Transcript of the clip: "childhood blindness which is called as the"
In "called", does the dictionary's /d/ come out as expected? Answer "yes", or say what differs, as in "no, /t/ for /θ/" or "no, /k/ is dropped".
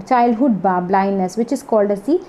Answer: yes